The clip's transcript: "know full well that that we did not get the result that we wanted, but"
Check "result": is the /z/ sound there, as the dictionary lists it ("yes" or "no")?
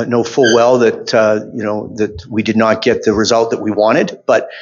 yes